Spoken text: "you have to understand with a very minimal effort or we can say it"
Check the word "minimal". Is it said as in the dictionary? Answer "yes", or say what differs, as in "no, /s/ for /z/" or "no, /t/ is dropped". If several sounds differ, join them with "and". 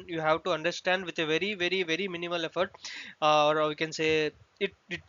yes